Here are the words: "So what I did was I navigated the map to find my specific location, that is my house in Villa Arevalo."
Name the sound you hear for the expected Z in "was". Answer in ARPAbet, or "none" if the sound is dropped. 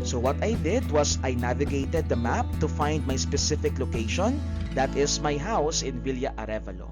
S